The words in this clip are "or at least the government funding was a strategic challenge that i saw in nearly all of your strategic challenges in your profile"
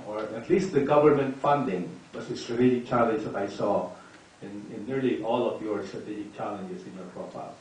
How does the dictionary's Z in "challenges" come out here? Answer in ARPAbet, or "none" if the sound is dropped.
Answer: S